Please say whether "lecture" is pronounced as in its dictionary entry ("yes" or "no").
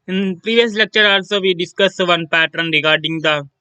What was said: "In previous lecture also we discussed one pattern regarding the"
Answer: yes